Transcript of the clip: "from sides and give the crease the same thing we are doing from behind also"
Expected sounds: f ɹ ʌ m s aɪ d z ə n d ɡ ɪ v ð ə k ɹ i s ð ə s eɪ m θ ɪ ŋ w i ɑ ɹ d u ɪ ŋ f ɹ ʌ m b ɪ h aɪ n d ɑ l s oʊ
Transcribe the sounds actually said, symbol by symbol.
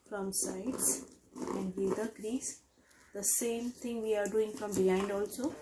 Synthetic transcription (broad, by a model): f ɹ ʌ m s aɪ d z ə n d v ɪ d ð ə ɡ ɹ i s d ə s eɪ m t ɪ ŋ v i ɑ ɹ d u ɪ ŋ f ɹ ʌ m b ɪ h aɪ n d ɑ l s oʊ